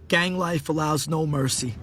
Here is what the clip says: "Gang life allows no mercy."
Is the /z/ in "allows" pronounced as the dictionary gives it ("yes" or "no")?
yes